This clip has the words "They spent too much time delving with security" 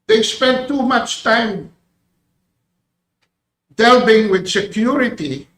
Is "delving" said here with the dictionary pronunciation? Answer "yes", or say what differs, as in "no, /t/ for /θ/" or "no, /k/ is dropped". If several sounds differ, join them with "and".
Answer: no, /b/ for /v/